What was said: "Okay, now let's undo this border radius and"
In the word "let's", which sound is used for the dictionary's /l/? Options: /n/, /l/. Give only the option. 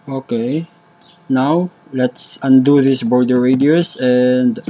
/l/